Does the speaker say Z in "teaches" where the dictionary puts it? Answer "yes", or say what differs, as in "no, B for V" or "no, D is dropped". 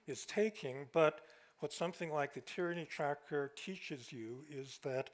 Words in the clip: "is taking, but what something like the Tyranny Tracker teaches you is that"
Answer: yes